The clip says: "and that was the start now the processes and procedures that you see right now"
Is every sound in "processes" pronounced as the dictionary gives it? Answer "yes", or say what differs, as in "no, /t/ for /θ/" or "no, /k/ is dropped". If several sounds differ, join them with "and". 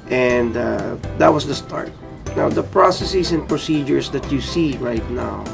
no, /s/ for /z/